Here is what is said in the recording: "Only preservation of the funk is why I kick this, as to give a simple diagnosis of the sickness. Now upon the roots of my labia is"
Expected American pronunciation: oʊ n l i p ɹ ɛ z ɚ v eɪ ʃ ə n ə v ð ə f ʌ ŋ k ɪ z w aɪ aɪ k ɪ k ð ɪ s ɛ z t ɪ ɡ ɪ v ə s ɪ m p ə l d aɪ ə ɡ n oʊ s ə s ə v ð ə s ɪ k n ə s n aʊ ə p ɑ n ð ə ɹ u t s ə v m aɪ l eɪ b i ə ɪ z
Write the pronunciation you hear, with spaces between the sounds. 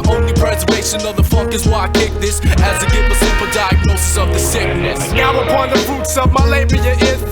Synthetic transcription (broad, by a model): oʊ n l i p ɹ ɛ z ɚ v eɪ ʃ ə n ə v ð ə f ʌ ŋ k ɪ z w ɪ aɪ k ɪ k ð ɪ s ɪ z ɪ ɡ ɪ w ə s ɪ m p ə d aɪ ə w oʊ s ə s ə v ð ə s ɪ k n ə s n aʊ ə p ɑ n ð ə ɹ u t s ə v m aɪ l eɪ b i ə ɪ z